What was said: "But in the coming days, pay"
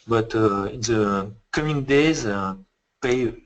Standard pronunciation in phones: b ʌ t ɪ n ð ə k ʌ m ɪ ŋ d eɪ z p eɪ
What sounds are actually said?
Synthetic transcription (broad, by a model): b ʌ t ɪ n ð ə k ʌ m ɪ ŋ d eɪ z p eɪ